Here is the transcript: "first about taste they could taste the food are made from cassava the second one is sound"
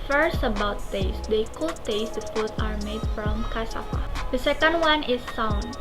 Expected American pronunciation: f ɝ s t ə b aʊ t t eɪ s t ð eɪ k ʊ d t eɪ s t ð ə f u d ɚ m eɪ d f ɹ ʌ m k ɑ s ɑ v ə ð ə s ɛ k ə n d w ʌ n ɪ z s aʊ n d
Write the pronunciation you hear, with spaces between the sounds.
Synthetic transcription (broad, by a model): f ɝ s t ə b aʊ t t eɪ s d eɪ k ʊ t eɪ s t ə p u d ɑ m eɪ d f ɹ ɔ m k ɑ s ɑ f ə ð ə s ɛ k ə n d w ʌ n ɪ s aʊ n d